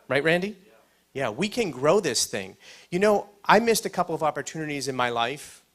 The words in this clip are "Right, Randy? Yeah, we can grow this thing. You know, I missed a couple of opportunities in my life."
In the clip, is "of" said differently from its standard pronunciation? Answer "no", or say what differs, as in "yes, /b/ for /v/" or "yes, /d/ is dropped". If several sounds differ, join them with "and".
no